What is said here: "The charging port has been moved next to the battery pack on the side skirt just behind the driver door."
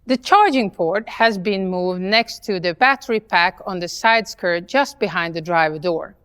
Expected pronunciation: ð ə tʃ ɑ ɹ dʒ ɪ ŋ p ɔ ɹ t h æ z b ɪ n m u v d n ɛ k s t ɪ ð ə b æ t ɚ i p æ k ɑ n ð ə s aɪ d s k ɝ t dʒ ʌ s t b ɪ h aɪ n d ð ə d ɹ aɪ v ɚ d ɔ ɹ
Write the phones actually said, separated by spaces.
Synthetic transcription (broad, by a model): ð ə tʃ ɑ ɹ dʒ ɪ ŋ p ɔ ɹ t h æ z b ɪ n m u v d n ɛ k s t ɪ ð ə b æ t ɚ i p æ k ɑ n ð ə s aɪ d s k ɝ t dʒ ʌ s t b ɪ h aɪ n d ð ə d ɹ aɪ v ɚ d ɔ ɹ